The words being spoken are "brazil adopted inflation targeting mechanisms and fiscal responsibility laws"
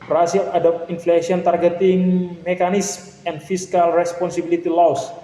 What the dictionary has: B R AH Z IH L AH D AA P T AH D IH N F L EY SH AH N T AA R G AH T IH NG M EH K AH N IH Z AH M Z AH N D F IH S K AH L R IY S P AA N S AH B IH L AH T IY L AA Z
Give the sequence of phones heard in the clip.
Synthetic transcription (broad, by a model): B R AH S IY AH D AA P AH N F L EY S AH N T AA R G AH T IH NG M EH K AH N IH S M AH N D F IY S K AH L R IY S P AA N S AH B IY L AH T IY L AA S